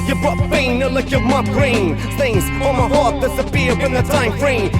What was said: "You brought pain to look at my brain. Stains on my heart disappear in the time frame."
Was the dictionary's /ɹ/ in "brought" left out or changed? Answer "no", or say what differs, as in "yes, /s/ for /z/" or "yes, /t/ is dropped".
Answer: yes, /ɹ/ is dropped